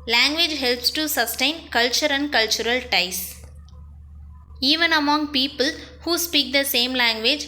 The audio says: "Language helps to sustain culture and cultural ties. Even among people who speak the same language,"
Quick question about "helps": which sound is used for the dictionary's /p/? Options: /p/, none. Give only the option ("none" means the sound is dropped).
/p/